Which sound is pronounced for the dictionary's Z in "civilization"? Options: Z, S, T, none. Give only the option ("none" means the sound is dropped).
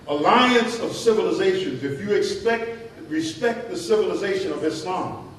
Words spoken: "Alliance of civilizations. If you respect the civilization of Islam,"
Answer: Z